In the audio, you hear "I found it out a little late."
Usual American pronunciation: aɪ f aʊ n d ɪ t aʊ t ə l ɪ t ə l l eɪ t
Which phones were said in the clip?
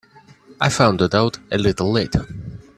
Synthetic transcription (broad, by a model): aɪ f aʊ n d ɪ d aʊ t ə l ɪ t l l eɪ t